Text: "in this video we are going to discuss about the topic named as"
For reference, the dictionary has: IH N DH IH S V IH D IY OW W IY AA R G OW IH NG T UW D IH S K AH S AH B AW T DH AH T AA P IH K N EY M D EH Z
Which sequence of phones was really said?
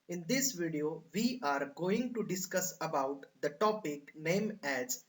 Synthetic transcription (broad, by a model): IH N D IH S V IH D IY OW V IY AA R G OW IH NG T UW D IH S K AH S AH B AW T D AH T AA P IH K N EY M EH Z